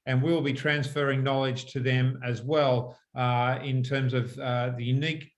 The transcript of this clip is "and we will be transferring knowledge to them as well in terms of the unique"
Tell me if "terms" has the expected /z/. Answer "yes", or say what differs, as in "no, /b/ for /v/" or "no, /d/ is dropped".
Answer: yes